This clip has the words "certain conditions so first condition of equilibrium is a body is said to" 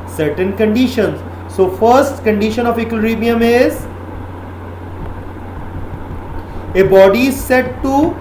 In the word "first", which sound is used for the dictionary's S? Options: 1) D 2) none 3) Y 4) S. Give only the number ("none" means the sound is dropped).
4